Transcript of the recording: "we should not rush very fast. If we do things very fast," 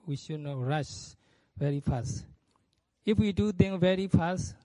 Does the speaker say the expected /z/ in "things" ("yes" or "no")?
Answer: no